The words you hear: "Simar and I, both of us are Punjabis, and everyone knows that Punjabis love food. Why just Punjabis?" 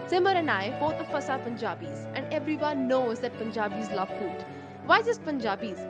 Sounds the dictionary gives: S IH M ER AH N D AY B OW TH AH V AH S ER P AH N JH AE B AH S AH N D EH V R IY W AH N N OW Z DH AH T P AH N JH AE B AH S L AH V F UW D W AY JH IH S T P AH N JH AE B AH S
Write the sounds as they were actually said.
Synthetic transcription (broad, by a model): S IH M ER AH N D AY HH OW T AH F AH S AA P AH N JH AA B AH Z AH N D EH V R IY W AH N N OW Z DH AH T P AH N JH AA B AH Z L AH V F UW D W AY Z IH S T P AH N JH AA B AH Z